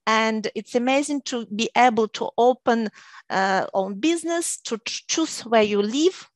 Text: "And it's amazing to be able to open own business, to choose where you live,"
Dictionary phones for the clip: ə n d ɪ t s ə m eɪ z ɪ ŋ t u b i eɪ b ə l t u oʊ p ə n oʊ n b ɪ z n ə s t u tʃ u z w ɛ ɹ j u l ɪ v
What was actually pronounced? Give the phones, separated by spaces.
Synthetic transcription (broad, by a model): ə n d ɪ t s ə m eɪ z ɪ ŋ t u b i eɪ b ə l t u oʊ p ə n oʊ n b ɪ z n ə s t u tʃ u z w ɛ ɹ j u l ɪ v